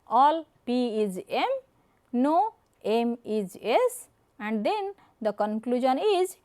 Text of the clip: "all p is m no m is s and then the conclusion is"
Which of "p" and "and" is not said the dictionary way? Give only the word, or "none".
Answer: none